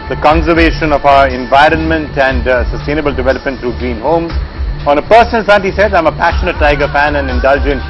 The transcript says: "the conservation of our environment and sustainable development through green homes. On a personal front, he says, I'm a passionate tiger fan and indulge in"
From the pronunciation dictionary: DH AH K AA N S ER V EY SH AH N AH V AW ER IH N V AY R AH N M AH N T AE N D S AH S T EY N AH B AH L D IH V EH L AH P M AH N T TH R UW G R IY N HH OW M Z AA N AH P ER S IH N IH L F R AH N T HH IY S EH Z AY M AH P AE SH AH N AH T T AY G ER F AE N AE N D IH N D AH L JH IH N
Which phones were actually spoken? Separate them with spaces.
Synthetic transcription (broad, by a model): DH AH K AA N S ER V EY SH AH N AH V AW ER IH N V AY R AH N M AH N T AE N D S AH S T EY N AH B AH L D IH V EH L AH P M AH N T T R UW G R IY N HH OW M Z AA N AH P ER S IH N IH L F AE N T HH IY S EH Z AY M AH P AE SH AH N AH T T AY G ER F AE N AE N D IH N D AH L JH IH N